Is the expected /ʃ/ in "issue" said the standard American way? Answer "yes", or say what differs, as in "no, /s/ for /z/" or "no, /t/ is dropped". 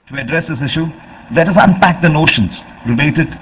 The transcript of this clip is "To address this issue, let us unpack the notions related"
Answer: yes